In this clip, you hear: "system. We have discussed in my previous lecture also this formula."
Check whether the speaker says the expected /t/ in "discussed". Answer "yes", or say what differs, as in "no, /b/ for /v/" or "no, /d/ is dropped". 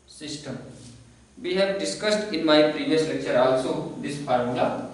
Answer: yes